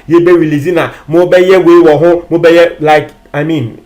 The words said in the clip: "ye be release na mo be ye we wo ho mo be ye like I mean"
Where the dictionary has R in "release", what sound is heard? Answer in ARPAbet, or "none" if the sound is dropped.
W